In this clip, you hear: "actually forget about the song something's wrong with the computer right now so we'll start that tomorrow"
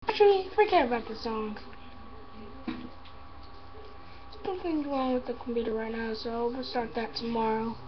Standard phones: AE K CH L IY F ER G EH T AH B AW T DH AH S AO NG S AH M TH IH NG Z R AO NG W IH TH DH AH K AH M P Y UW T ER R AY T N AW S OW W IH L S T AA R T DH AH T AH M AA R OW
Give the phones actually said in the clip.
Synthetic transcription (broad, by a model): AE K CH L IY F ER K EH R AH B AW T DH AH S AO NG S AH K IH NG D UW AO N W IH DH AH K M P Y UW T ER R AY T N AW S OW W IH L S T AA R T DH AH T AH M AA R OW